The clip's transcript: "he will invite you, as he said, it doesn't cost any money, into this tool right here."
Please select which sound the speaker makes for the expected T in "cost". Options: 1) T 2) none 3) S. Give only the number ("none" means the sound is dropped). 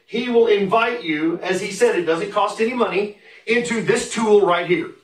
1